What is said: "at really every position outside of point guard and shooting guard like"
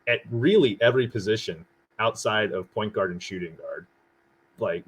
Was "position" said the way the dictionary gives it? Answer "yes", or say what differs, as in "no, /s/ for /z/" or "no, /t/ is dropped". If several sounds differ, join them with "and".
yes